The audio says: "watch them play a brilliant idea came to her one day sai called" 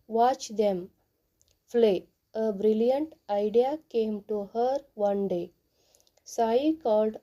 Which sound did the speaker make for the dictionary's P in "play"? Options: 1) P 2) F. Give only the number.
2